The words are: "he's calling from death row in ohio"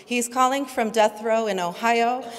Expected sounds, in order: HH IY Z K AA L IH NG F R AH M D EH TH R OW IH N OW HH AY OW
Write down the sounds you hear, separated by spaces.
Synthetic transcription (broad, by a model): HH IY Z K AA L IH NG F R AH M D EH TH R OW IH N OW HH AY OW